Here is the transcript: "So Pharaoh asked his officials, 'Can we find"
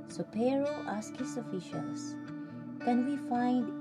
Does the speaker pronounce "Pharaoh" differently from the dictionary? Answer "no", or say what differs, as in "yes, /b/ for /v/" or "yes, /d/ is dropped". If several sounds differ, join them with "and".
yes, /p/ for /f/